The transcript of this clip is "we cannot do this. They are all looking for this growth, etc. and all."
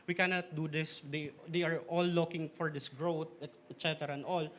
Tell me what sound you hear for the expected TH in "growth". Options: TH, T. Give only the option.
T